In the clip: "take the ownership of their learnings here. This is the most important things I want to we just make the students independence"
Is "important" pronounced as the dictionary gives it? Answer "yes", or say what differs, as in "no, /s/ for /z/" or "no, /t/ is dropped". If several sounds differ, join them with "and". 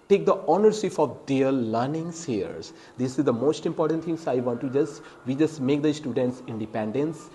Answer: yes